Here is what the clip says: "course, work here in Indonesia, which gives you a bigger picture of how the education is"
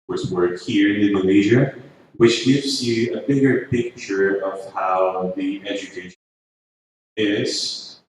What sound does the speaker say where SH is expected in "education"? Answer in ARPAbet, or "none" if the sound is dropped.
none